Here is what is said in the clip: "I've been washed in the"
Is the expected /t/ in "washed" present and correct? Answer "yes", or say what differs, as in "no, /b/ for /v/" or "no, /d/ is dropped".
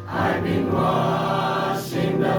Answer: no, /t/ is dropped